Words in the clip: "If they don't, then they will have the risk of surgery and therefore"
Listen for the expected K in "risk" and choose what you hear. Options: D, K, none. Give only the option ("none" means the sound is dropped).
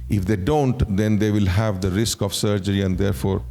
K